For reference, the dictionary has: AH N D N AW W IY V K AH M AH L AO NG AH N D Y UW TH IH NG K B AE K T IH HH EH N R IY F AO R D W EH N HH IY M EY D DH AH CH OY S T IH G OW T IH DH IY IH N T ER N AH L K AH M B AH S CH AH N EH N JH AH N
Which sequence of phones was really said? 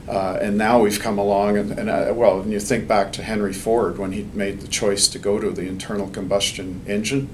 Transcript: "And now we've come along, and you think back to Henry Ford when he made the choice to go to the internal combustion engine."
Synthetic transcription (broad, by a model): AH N N AW W IY V K AH M AH L AO NG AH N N Y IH TH IH NG K B AE K T IH HH EH N R IY F AO R D W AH N IY M EY D DH AH CH OY S T IH G OW T IH DH IY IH N T ER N L K AH M B AH S CH AH N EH N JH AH N